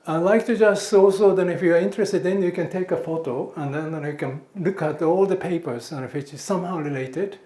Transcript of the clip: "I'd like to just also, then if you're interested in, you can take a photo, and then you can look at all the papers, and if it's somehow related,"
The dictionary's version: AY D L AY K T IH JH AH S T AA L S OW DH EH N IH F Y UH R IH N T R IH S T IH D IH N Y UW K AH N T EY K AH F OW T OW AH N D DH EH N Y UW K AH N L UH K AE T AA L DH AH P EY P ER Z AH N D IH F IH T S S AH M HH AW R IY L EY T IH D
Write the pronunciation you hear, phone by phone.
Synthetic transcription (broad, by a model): AY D L AY K T IH JH AH S T AA L S OW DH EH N IH F Y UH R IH N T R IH S T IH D IH N Y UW K AH N T EY K AH F OW T OW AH N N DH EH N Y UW K AH N L UH K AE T AA L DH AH P EY P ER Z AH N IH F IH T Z S AH M HH AW R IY L EY T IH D